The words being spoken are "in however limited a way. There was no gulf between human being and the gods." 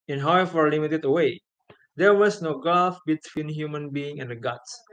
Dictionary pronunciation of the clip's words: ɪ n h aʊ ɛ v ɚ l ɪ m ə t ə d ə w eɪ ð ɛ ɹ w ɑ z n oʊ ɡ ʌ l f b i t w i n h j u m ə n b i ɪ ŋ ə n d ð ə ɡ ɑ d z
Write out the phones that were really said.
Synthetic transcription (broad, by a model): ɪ n h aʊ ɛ f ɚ l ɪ m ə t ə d ə w eɪ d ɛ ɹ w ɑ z n oʊ ɡ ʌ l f b i t w i n h j u m ə n b i ɪ ŋ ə n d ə ɡ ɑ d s